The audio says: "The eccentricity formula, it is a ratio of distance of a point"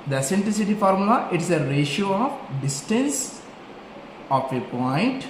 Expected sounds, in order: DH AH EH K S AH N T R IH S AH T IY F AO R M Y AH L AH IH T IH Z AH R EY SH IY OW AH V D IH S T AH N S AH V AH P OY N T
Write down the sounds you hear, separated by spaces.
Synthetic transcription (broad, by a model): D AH S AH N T L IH S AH T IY F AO R M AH L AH IH T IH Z AH R EY SH IY OW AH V D IH S T AH N S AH F AH P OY N T